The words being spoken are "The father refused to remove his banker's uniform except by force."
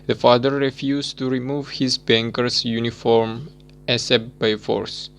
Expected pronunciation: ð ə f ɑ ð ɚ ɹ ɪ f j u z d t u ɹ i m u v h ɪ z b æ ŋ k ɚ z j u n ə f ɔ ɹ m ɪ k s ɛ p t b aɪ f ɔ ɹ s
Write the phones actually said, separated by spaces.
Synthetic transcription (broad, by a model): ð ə f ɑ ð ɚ ɹ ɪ f j u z t u ɹ i m u v h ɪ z b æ ŋ k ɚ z j u n ə f ɔ ɹ m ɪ s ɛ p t b aɪ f ɔ ɹ s